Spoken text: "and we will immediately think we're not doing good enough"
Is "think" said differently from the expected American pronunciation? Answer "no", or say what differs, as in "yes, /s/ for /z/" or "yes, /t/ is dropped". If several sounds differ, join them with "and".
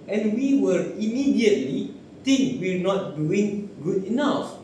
yes, /t/ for /θ/